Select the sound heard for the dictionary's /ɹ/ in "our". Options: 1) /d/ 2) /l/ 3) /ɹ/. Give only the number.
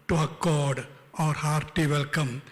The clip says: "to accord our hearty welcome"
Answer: 3